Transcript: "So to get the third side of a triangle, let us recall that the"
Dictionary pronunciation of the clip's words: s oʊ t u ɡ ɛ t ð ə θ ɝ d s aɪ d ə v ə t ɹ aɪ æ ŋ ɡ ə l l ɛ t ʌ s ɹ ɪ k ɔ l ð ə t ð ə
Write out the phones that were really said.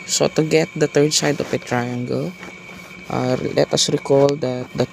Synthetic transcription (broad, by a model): s oʊ t u ɡ ɛ t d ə t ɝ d s aɪ d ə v ə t ɹ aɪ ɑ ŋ ɡ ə l l ɛ t ʌ s ɹ ɪ k ɔ l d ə t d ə